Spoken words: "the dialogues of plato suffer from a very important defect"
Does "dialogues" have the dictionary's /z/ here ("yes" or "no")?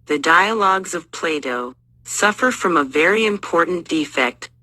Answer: yes